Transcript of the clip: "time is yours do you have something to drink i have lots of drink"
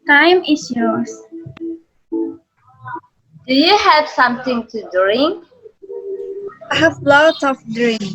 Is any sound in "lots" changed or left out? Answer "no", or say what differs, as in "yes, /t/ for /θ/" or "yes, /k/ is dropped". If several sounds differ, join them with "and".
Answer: yes, /s/ is dropped